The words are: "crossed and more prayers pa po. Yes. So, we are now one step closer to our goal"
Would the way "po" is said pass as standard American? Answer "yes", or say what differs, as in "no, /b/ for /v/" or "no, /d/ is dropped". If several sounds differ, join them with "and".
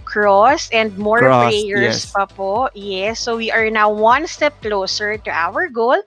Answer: yes